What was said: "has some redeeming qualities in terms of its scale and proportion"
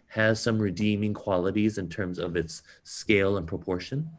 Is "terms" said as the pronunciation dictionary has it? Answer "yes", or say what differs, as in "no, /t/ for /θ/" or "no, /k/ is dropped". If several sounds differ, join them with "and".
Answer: yes